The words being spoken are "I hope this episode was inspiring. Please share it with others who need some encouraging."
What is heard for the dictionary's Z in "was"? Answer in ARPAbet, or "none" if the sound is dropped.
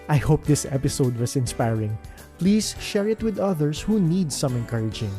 S